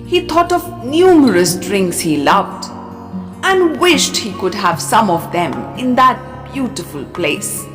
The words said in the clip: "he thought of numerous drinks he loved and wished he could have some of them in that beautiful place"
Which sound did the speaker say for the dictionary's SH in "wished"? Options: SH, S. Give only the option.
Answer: SH